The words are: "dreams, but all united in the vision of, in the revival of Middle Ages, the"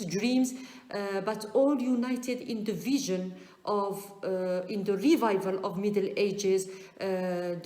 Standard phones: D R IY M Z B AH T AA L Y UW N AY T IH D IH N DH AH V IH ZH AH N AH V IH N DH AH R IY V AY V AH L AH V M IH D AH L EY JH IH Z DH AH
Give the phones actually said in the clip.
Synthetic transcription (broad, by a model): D R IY M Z B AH T AA L Y UW N AY T IH D IH N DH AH V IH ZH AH N AH V IH N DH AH R IY V AY V AH L AH V M IH D AH L EY JH IH Z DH